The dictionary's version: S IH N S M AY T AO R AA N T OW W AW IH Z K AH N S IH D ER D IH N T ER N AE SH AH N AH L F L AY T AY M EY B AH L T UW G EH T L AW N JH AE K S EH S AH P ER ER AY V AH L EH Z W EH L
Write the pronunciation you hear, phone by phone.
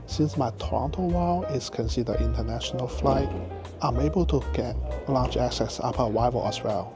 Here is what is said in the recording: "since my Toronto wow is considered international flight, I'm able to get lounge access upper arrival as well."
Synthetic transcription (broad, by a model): S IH N S M AY T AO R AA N T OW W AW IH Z K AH N S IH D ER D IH N T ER N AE SH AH N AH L F L AY T AY M EY B AH L T UW G EH T L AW JH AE K S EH S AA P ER ER AY V AH L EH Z W EH L